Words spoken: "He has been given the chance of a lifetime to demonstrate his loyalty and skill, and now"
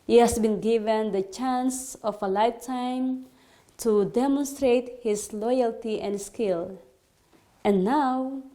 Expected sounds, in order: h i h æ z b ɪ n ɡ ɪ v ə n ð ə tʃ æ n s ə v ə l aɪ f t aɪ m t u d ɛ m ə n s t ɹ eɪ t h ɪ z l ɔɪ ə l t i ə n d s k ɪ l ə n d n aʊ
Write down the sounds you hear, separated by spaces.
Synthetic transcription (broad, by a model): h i h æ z b ɪ n ɡ ɪ v ə n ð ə tʃ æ n s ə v ə l aɪ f t aɪ m t u d ɛ m ə n s t ɹ eɪ t h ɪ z l ɔɪ ə l t i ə n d s k ɪ l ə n n aʊ